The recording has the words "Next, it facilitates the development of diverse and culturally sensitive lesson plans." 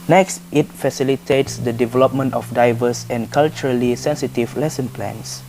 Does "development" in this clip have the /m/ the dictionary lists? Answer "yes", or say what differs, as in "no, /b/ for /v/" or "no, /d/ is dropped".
yes